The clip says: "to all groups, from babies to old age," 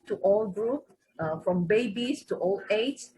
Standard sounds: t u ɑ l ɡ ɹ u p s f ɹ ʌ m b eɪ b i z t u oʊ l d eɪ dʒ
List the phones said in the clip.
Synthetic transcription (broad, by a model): t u ɑ l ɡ ɹ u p f ɹ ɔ m b eɪ b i s t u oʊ l eɪ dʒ